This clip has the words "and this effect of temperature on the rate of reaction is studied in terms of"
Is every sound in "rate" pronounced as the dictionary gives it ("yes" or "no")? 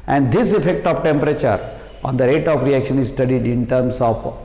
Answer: yes